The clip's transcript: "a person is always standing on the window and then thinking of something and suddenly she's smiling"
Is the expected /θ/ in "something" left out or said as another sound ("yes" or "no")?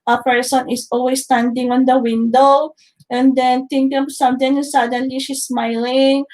yes